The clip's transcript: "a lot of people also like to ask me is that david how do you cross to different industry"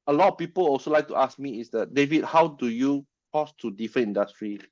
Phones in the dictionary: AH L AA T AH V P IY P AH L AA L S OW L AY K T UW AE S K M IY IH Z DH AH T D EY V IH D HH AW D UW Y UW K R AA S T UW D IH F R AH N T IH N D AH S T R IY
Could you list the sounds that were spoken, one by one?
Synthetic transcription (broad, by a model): AH L AA T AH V P IY P AH L AA L S OW L AY K T UW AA S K M IY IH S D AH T D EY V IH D HH AW D UW Y UW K AA S T UW D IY F R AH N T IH N D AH S T R IY